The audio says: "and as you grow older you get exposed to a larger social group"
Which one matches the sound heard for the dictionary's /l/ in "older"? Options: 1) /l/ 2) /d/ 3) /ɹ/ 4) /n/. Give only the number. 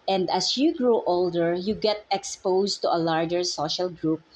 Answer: 1